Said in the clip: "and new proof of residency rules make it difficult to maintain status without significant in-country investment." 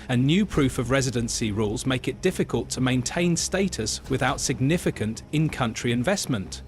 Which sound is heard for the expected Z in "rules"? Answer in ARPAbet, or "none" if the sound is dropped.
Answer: Z